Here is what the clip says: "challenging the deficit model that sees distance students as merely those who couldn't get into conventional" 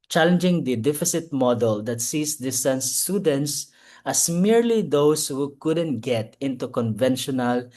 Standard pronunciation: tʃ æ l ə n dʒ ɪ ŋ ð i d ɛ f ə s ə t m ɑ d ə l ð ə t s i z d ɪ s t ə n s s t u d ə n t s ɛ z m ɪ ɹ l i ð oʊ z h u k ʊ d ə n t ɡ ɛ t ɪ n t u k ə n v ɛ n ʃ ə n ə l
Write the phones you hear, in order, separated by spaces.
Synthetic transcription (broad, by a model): tʃ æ l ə n dʒ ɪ ŋ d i d ɛ f ə s ə t m ɑ d ə l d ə t s i s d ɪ s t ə n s s t u d ə n t s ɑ s m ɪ ɹ l i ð oʊ s h u k ʊ d ə n t ɡ ɛ t ɪ n t u k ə n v ɛ n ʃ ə n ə l